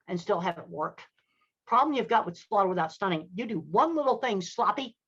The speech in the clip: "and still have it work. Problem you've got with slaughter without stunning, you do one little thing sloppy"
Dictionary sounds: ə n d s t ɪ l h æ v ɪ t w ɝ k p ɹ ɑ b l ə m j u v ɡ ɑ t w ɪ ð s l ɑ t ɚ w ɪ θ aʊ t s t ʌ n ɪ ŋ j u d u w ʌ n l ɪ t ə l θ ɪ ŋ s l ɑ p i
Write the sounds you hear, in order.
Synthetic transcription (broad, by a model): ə n s t ɪ l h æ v ɪ t w ɝ k p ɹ ɑ b l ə m j u v ɡ ɑ t w ɪ ð s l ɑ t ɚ w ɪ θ aʊ t s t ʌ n ɪ ŋ j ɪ d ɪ w ʌ n l ɪ t l θ ɪ ŋ s l ɑ p i